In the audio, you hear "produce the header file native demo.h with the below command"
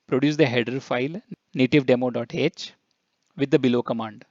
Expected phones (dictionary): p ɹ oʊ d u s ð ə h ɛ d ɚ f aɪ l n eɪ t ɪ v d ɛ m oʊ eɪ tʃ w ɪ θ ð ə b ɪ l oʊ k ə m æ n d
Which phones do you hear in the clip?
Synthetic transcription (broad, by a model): p ɹ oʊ d u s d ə h ɛ d ɚ f aɪ l n eɪ t ɪ v d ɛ m oʊ eɪ tʃ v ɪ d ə b ɪ l oʊ k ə m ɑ n d